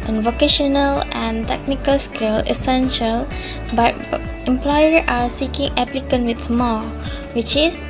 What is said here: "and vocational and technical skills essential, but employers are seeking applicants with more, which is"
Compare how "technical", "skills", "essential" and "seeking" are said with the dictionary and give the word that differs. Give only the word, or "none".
skills